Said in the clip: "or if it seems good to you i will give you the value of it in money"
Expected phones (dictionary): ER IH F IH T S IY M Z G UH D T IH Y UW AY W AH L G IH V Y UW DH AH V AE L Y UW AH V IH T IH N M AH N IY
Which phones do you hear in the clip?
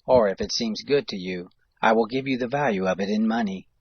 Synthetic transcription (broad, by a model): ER IH F IH T S IY M Z G UH D T IH Y UW AY W AH L G IH V Y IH DH AH V AE L Y UW AH V IH T IH N M AH N IY